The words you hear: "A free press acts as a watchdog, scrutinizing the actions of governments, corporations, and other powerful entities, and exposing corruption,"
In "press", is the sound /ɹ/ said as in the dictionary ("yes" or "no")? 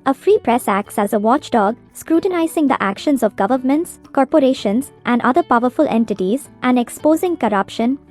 yes